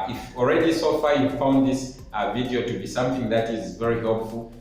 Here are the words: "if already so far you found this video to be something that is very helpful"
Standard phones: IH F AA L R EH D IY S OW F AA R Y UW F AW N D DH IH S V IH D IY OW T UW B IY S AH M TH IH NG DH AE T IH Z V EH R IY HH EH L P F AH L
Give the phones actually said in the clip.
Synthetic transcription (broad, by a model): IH F AA L R EH D IY S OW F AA Y UW F AW N D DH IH S V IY D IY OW T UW B IY S AH M TH IH NG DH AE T IH Z V EH R IY HH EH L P F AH L